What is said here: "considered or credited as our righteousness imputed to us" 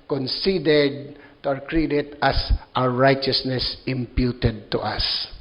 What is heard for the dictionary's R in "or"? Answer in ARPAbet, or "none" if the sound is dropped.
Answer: W